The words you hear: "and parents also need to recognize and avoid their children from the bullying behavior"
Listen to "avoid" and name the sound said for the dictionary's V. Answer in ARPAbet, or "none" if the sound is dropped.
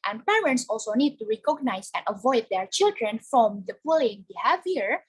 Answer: V